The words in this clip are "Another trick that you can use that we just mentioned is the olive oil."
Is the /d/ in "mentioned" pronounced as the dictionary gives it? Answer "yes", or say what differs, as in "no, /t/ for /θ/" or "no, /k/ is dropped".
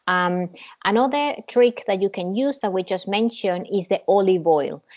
no, /d/ is dropped